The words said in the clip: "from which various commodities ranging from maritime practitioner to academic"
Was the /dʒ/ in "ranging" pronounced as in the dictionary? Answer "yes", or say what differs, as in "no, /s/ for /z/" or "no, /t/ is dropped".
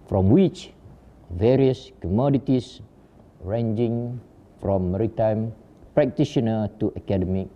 yes